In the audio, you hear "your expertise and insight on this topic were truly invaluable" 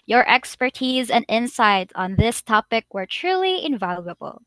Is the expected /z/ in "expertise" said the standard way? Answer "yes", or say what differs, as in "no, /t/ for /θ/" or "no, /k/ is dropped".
yes